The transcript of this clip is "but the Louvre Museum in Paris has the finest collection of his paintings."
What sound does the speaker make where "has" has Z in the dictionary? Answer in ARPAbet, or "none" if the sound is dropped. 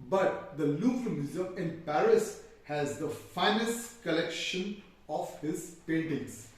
Z